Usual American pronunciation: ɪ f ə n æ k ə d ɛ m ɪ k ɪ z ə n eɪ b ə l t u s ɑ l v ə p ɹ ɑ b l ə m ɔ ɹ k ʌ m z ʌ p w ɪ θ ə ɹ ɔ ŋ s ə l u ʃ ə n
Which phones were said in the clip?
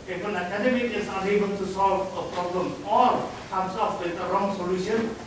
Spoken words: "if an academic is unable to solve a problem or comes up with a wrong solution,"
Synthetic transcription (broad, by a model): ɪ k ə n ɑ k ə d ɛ m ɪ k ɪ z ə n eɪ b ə n t u s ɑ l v ə p ɹ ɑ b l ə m ɔ ɹ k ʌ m s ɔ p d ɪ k ə ɹ ɔ ŋ s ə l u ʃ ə n